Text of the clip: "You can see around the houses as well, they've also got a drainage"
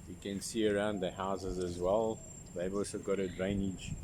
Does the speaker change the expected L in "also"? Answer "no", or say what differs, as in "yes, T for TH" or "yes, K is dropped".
no